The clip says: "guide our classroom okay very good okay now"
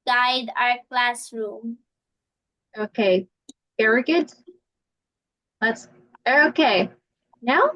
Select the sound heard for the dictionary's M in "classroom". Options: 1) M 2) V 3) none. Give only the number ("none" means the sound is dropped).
1